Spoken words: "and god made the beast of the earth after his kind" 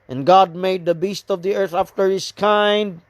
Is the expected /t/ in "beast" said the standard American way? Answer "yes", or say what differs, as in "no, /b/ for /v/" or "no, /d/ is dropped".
yes